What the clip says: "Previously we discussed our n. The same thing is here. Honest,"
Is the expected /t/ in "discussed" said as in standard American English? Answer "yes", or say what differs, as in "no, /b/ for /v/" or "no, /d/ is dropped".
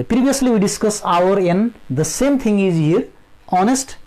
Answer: no, /t/ is dropped